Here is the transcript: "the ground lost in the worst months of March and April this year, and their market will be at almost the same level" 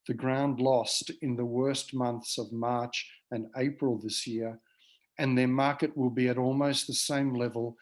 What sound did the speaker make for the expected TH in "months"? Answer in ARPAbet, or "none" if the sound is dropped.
TH